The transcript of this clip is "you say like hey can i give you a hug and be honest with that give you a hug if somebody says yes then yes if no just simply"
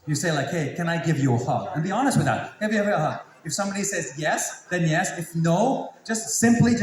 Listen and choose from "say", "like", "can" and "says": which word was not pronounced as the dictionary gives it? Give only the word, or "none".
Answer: none